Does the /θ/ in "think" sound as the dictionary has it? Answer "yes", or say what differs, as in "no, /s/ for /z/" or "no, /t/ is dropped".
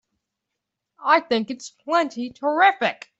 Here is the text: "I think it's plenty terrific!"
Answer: yes